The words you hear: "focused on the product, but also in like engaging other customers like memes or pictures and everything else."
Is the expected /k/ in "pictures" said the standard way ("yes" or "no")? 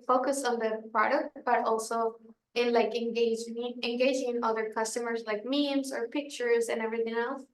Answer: yes